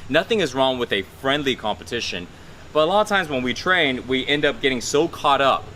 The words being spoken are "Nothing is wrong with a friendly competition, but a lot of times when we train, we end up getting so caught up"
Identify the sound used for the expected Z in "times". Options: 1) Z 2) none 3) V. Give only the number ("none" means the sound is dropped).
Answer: 1